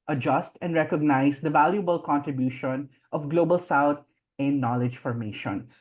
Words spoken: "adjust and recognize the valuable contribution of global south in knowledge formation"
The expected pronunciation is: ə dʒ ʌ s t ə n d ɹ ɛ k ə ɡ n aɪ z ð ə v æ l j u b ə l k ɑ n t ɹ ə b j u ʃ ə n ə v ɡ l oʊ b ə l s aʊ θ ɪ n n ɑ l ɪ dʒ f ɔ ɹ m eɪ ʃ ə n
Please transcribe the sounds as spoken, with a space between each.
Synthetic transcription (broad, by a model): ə dʒ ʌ s t ə n d ɹ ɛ k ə ɡ n aɪ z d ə v æ l j u b ə l k ɑ n t ɹ ə b j u ʃ ə n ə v ɡ l oʊ b ə l s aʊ t ɪ n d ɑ l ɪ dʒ f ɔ ɹ m eɪ ʃ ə n